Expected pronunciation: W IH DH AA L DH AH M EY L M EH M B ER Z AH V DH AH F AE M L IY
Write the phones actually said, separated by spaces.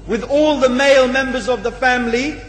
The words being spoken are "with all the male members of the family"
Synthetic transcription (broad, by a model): W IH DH AA L DH AH M EY L M EH M B ER Z AH V DH AH F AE M L IY